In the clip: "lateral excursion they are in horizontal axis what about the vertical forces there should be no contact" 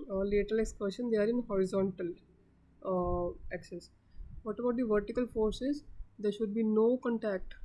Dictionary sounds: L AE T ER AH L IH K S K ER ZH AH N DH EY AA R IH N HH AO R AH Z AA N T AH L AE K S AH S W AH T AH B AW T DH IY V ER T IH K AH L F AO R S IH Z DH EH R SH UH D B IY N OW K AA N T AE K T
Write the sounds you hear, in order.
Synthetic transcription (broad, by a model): L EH T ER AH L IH K S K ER SH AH N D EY AA R IH N HH AO R AH Z AA N T AH L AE K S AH S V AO T AH B AW T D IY V ER T IH K AH L F AO R S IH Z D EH R SH UH D B IY N OW K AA N T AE K T